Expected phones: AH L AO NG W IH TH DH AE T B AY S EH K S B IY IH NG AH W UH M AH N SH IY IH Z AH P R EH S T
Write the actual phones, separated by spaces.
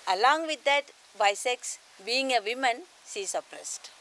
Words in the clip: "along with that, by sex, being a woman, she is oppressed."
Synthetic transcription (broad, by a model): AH L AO NG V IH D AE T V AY S EH K S B IY IH NG AH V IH M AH N S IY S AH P R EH S T